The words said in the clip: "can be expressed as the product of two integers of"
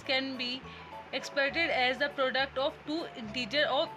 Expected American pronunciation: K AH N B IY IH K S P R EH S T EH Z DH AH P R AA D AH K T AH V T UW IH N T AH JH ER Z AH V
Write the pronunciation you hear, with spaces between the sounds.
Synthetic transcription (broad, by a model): K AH N B IY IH K S P EH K T EH Z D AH P R AA D AH K T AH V T UW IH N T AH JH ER AH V